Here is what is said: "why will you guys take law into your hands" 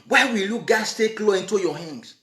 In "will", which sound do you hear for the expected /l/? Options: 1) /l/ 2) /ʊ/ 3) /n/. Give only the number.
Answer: 1